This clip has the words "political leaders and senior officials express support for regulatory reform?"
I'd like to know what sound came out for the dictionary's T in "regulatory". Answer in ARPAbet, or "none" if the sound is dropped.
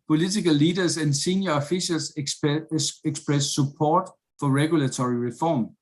S